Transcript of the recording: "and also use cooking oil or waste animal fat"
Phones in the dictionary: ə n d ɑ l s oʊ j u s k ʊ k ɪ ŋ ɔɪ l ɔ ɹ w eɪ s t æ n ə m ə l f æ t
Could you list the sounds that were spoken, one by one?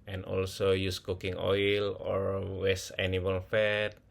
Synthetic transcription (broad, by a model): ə n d ɑ l s oʊ j u s k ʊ k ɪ ŋ ɔɪ l ɔ ɹ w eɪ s æ n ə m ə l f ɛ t